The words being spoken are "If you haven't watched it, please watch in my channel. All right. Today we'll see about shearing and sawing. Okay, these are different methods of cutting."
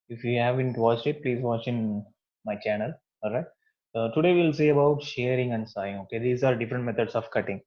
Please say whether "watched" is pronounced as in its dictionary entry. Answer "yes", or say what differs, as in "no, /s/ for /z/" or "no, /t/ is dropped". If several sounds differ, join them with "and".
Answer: no, /t/ is dropped